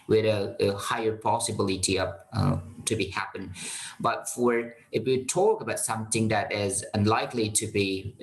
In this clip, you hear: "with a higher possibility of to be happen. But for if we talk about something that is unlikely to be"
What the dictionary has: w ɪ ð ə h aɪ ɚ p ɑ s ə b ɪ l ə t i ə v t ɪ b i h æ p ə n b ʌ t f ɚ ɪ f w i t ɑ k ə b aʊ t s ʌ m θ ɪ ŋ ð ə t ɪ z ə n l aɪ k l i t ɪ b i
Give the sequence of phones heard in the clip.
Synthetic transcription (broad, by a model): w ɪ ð ə h aɪ ɚ p ɑ s ə b ɪ l ə t i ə p t ɪ b i h æ p ə n b ʌ t f ɚ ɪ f w i t ɑ k ə b aʊ t s ʌ m θ ɪ ŋ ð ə t ɪ z ə n l aɪ k l i t ɪ b i